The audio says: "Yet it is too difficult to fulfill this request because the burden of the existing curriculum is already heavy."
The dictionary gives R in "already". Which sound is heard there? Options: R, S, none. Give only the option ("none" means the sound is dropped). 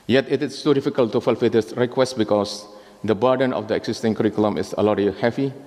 none